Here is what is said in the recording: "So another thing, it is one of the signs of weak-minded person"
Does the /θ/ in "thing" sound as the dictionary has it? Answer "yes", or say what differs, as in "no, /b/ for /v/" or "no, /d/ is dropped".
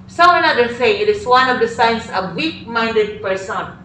no, /s/ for /θ/